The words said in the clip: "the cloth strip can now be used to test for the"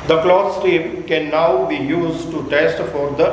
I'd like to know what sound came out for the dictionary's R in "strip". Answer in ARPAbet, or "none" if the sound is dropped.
none